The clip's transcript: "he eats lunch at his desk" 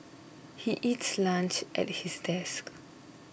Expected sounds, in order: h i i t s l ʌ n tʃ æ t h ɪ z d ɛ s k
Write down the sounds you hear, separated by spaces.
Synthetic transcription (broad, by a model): h i i t s l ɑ n tʃ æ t h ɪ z d ɛ s k